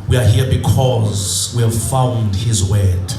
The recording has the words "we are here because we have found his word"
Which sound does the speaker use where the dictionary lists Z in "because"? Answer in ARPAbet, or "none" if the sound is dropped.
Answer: Z